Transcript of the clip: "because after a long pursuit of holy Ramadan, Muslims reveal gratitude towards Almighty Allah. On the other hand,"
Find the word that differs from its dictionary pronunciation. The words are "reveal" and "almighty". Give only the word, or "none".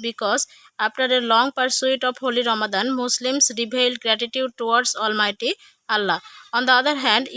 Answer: reveal